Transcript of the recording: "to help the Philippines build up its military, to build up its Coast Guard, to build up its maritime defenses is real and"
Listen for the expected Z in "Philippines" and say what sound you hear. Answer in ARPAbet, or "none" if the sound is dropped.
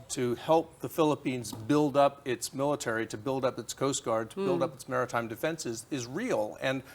Z